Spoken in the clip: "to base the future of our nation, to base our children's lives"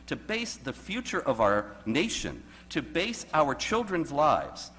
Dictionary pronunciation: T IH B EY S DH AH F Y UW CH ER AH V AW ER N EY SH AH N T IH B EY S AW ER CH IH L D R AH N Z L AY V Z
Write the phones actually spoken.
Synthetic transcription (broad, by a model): T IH B EY S DH AH F Y UW CH ER AH V AW ER N EY SH AH N T IH B EY S AW ER CH IH L D R AH N Z L AY V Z